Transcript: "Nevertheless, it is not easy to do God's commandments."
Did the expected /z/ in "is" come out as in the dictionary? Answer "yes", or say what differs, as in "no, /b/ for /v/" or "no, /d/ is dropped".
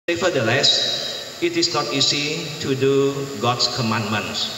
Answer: no, /s/ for /z/